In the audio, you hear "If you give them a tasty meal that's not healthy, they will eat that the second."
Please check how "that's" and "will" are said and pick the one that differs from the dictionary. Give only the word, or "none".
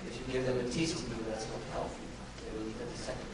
will